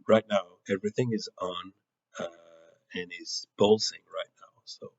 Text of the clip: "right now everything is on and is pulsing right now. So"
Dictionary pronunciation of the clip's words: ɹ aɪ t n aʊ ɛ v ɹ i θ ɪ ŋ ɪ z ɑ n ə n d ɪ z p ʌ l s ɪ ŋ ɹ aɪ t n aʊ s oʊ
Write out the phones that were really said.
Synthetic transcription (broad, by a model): ɹ aɪ t n aʊ ɛ v ɹ i θ ɪ ŋ ɪ z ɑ n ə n ɪ z b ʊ l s ɪ ŋ ɹ aɪ t n aʊ s oʊ